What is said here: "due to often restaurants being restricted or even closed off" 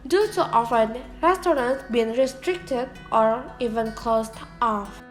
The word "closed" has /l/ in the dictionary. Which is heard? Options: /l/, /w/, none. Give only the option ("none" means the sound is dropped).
none